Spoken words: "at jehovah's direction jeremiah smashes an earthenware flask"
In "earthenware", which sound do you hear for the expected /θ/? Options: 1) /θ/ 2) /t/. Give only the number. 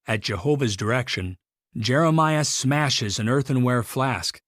1